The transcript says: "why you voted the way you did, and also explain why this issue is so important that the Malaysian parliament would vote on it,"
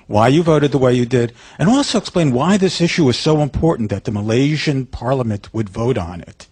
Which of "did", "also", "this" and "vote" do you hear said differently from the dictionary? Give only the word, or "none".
none